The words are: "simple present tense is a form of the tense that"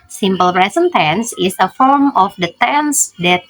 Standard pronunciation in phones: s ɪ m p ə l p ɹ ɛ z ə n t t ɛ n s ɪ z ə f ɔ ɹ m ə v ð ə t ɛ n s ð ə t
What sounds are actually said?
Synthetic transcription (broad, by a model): s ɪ m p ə l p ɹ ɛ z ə n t t ɛ n s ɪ s ə f ɔ ɹ m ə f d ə t ɛ n s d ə t